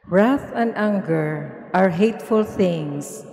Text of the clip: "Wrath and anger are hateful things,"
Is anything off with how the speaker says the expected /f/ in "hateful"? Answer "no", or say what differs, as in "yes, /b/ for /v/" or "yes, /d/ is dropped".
no